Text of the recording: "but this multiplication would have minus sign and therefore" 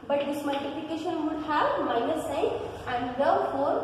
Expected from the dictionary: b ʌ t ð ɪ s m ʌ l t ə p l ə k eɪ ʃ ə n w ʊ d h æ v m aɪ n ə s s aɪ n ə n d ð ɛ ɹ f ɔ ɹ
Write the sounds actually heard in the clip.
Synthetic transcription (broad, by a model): b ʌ t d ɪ s m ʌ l t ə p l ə k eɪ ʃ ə n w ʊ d h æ b m aɪ n ə s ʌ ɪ ə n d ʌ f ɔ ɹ